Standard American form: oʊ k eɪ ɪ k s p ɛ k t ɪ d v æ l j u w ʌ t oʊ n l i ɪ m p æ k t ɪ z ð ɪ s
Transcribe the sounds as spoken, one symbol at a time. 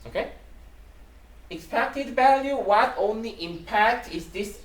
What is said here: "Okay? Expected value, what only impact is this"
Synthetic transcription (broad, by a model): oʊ k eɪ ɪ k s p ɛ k t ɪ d v æ l j u w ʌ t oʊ n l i ɪ m p æ k t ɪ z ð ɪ s